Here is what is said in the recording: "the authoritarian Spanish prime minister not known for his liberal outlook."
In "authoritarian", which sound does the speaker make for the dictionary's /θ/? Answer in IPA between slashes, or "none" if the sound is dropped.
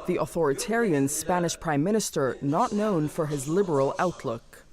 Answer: /θ/